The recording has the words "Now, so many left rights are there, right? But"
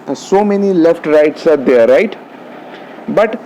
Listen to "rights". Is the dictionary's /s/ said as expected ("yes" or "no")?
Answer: yes